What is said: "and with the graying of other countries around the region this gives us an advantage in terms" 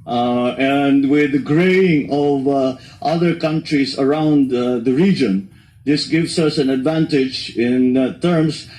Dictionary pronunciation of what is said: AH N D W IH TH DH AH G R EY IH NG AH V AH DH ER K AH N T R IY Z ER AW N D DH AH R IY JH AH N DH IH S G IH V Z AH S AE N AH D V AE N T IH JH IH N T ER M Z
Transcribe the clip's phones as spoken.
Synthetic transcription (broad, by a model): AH N D W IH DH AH G R EY IH NG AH V AH DH ER K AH N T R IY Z ER AW N D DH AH R IY JH AH N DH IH S G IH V S AH S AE N AH D V AE N T IH JH IH N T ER M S